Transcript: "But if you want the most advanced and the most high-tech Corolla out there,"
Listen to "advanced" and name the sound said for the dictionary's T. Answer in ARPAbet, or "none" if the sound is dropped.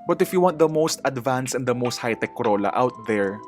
none